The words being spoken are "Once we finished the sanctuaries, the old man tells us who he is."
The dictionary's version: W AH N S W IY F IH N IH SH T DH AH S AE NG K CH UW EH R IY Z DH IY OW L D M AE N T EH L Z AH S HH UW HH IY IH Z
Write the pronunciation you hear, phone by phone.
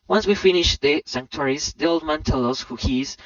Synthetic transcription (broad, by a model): W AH N S W IY F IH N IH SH DH AH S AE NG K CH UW R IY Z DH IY OW L D M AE N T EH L AH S HH UW HH IY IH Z